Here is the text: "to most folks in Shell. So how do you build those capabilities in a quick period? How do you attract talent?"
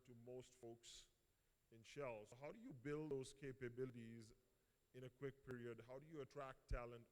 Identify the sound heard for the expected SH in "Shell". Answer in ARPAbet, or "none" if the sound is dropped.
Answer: SH